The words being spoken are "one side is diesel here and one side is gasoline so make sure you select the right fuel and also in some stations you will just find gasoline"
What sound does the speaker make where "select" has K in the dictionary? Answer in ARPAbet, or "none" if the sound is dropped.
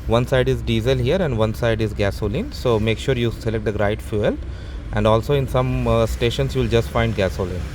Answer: K